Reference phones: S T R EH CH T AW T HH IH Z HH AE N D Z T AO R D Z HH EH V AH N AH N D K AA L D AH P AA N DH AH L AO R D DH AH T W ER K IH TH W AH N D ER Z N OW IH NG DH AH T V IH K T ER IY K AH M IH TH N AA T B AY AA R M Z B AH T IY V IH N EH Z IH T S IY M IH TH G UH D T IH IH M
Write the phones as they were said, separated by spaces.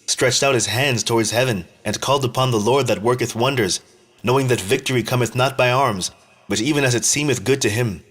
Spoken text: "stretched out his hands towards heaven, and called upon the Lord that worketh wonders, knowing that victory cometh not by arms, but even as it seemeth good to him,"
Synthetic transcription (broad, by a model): S T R EH CH T AW T HH IH Z HH AE N D Z T AO R D Z HH EH V AH N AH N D K AA L D AH P AA N DH AH L AO R D DH AH T W ER K IH TH W AH N D ER Z N OW IH NG DH AH T V IH K T ER IY K AH M IH TH N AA T B AY AA R M Z B AH T IY V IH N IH Z IH T S IY M IH TH G UH D T IH IH M